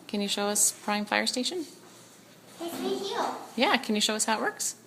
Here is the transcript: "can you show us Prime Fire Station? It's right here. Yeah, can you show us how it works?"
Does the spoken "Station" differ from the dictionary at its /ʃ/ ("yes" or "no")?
no